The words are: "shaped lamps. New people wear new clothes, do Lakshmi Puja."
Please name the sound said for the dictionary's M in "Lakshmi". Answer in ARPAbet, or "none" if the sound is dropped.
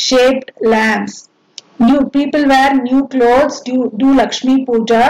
M